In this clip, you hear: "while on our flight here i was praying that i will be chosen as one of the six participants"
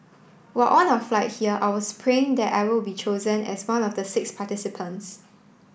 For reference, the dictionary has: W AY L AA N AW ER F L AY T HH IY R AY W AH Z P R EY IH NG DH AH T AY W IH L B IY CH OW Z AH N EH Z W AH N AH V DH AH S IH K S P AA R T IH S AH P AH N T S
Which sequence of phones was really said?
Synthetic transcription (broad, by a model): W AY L AA N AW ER F L AY T HH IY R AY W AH S P R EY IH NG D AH T AY W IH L B IY CH OW Z AH N EH S W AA N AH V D AH S IH K S P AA T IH S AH P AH N T S